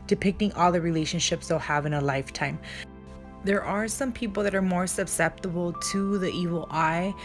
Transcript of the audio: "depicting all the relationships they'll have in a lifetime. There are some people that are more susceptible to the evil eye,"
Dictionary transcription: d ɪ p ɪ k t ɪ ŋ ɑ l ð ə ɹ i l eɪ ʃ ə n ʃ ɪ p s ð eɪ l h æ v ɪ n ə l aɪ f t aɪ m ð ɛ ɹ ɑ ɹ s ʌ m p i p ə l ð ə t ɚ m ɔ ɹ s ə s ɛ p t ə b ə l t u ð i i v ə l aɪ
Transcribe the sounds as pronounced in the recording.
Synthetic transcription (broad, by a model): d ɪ p ɪ k t ɪ ŋ ɑ l ð ə ɹ i l eɪ ʃ ə n ʃ ɪ p s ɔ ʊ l h æ v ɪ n ə l aɪ f t aɪ m ð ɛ ɹ ɑ ɹ s ʌ m p i p l ð ə t ɚ m ɔ ɹ s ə s ɛ p t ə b l t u ð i i v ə l aɪ